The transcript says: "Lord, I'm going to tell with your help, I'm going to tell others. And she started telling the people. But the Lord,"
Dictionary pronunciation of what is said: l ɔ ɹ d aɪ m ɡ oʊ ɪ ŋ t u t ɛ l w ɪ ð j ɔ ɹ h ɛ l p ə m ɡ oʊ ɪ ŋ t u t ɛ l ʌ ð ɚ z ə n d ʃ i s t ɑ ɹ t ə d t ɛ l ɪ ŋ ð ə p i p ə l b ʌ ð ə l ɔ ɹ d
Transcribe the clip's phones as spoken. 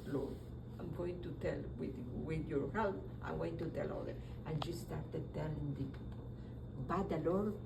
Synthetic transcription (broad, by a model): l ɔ aɪ m ɡ oʊ ɪ ŋ t u t ɛ l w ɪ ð j ɔ ɹ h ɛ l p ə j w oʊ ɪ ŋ t u t ɛ l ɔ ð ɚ ə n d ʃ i s t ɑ ɹ t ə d t ɛ l ɪ ŋ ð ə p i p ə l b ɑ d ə l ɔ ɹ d